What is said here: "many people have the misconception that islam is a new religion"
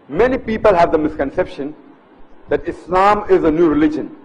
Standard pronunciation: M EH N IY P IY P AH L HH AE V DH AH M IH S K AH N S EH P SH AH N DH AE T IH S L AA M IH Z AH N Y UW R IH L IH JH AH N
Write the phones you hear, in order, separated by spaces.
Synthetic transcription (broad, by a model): M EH N IY P IY P AH L HH AE V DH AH M IH S K AH N S EH P SH AH N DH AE T IH S L AA M IH Z AH N Y UW R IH L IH JH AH N